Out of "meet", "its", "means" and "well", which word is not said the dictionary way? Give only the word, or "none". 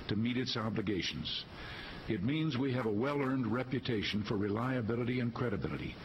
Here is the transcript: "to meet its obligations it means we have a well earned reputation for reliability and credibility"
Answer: none